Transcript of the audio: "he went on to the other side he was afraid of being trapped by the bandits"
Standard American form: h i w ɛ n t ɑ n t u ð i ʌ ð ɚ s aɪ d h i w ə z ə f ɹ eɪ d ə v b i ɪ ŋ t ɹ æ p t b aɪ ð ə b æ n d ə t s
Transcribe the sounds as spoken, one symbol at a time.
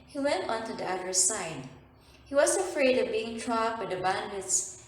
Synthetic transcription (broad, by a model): h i w ɛ n t ɑ n t u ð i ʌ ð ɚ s aɪ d h i w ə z ə f ɹ eɪ d ə v b i ɪ ŋ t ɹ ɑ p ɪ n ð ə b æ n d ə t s